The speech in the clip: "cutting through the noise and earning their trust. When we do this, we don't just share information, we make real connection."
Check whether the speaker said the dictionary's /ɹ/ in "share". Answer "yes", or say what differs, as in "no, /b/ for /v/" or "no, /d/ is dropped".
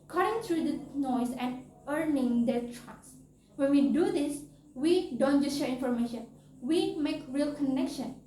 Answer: yes